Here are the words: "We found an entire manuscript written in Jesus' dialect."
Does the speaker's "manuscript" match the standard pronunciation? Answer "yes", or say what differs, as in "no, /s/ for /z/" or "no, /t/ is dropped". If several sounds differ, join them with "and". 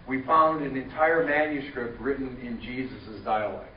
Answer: yes